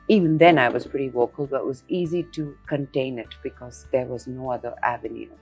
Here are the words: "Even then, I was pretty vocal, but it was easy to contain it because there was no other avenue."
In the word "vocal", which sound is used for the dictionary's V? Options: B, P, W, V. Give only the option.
W